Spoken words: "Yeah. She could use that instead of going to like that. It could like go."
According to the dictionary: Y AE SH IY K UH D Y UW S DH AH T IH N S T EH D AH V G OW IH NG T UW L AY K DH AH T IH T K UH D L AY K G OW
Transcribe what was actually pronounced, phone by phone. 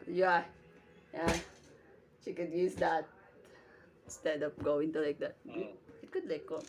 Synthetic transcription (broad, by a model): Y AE SH IY K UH D Y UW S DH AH T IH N S T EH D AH P G OW IH NG T UW L AY K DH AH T IH T K UH D L AY K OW